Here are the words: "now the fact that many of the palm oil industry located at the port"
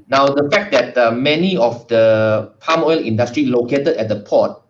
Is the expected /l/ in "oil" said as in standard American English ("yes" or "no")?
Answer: yes